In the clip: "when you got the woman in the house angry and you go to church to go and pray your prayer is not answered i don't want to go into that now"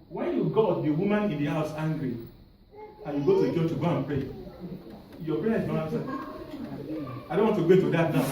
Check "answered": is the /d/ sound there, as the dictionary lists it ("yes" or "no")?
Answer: no